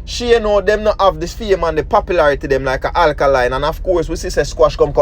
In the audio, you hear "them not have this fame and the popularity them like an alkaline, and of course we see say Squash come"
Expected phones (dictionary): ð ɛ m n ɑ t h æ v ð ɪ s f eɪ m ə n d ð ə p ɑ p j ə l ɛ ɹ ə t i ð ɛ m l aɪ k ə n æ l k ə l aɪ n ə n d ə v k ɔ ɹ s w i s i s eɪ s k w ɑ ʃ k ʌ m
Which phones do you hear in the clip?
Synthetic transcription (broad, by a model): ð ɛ m n ɑ t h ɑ v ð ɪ f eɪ m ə n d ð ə p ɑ p j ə l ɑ ɹ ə t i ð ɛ m l aɪ k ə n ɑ l k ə l aɪ n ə n ə v k ɔ ɹ s w i s i s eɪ s k w ɑ ʃ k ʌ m